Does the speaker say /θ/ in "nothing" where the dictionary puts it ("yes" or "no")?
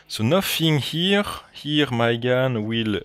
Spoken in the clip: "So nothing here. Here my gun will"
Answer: no